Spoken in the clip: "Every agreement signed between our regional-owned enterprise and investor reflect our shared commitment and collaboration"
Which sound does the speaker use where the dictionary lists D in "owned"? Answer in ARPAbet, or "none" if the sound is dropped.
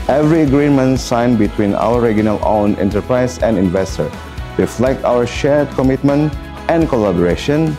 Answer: none